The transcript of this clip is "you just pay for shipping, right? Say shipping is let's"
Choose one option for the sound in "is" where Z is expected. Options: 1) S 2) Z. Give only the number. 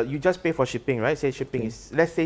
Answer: 1